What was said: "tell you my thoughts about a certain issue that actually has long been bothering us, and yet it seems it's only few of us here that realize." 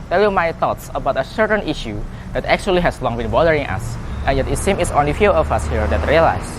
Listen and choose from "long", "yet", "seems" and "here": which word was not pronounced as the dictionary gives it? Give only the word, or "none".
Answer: seems